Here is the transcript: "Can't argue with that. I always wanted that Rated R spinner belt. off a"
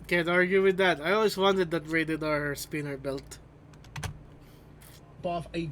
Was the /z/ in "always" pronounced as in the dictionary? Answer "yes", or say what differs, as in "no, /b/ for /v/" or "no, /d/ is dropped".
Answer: no, /s/ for /z/